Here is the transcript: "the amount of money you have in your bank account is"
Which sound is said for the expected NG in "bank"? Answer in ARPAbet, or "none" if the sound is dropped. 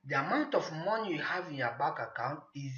none